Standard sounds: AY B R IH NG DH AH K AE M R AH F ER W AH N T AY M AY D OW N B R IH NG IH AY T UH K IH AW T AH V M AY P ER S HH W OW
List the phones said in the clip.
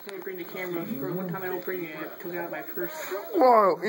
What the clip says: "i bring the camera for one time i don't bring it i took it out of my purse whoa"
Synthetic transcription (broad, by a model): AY B R IH NG DH AH K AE M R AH F ER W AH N T AY M AY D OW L B R IH NG IH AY T UH K IH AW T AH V M AY F ER S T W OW